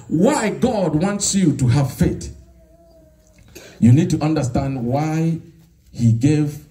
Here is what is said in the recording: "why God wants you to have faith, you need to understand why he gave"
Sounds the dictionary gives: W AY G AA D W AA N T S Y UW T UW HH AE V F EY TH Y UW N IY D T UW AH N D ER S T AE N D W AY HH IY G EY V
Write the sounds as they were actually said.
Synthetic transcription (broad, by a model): W AY G AA D W AA N T S Y UW T UW HH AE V F EY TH Y UW N IY D T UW AH N D ER S T AE N D W AY HH IY G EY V